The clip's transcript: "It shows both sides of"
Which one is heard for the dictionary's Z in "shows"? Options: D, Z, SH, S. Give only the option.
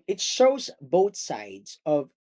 Z